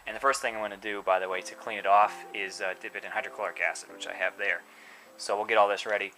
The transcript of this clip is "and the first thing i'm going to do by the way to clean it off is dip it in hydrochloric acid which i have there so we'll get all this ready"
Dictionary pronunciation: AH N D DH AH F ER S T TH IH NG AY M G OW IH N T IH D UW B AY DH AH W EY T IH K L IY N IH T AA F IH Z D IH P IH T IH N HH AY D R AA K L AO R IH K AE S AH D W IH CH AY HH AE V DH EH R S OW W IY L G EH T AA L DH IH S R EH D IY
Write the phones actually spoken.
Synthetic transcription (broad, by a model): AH N DH AH F ER S T TH IH NG AY M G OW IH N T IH D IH B AY DH AH W EY T IH K L IY N IH T AA F IH Z D IH P IH T IH N HH AY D R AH K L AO R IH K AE S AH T W IH CH AY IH V DH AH R S OW W IY L G EH T AA L DH IH S R EH D IY